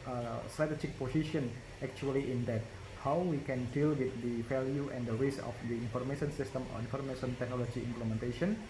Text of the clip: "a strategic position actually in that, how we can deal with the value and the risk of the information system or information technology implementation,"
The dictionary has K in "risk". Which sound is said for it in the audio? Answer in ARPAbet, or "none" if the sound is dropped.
none